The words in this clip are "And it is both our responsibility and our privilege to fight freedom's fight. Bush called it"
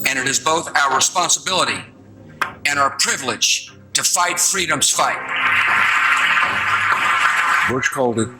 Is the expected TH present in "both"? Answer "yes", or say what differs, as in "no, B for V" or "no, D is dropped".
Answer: yes